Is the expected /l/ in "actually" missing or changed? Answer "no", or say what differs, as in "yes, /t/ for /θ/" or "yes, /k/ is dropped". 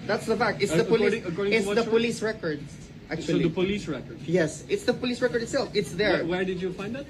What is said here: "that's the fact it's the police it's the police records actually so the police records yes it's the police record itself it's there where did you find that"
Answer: yes, /l/ is dropped